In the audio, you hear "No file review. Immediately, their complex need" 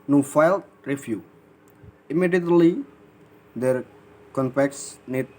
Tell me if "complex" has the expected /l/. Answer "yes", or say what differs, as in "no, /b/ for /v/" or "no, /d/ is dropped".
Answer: no, /l/ is dropped